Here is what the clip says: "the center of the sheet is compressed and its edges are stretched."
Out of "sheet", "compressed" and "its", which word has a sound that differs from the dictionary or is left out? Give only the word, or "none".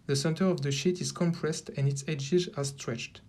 none